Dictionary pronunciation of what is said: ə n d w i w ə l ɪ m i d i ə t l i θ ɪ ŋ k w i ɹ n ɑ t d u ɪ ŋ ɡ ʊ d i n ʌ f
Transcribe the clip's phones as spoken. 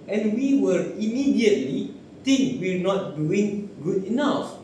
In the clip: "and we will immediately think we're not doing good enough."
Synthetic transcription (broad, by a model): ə n w i w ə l ɪ m i d i ə t l i t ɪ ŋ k w i ɹ n ɑ t d u ɪ ŋ ɡ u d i n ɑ f